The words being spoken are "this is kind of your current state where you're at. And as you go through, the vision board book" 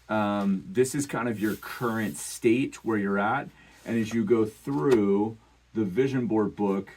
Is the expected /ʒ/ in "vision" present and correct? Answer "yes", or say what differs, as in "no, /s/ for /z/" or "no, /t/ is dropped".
yes